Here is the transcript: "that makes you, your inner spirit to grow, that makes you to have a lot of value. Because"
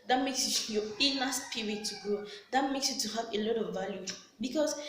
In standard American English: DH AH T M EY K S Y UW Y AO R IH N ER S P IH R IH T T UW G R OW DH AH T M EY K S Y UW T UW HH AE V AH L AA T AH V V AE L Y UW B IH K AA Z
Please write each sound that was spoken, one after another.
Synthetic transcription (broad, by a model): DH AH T M EY K S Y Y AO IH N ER S P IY R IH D T UW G OW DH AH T M EY K S Y UW T UW HH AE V AH L AA T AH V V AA L Y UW B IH K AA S